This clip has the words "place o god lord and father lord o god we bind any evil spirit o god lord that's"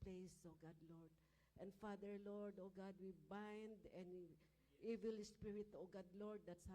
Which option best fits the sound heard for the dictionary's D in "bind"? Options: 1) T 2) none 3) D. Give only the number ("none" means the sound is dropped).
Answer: 3